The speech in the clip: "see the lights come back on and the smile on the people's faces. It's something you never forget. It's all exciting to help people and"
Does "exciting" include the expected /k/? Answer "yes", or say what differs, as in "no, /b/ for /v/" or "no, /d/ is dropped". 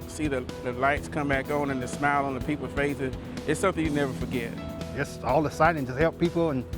no, /k/ is dropped